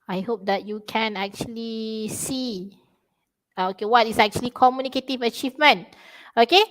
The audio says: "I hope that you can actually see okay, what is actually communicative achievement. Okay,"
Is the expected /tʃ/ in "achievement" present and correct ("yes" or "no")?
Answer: yes